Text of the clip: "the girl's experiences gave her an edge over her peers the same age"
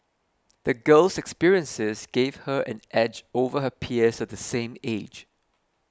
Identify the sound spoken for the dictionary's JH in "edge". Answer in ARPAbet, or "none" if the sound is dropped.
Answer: JH